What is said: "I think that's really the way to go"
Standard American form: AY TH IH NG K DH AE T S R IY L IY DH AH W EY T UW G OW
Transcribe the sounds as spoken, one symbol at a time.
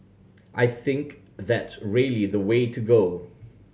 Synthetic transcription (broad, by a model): AY TH IH NG K DH AE T S R IY L IY DH AH W EY T UW G OW